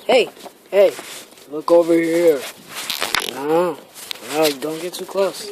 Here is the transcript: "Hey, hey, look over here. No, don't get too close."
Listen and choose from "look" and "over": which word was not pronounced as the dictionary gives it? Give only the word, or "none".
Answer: none